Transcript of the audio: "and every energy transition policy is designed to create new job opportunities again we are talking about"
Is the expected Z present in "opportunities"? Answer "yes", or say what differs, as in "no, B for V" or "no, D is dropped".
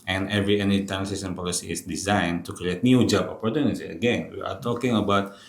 no, Z is dropped